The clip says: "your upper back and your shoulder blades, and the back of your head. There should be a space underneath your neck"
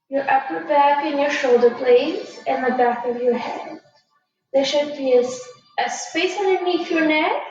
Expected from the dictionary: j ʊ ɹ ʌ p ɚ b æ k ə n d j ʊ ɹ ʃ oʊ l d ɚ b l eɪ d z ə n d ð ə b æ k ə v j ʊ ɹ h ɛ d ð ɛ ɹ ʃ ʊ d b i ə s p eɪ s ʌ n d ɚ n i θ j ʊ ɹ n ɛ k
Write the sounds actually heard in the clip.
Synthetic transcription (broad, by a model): j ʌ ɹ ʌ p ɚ b æ k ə n j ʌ ɹ ʃ oʊ l d ɚ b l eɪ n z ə n ð ə b æ k ə v j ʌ ɹ h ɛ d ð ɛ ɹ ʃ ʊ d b i ə s p eɪ s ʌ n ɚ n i f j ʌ ɹ n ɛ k